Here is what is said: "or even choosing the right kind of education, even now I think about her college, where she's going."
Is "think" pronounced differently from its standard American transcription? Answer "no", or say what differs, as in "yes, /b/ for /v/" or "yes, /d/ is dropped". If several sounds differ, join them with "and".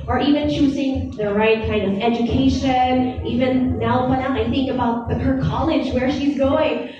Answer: no